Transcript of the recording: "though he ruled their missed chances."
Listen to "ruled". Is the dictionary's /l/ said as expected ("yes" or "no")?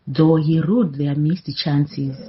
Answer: no